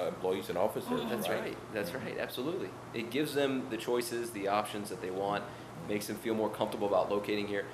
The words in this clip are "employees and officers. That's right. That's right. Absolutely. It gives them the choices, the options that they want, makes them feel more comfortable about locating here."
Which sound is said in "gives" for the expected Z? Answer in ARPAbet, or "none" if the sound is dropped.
Z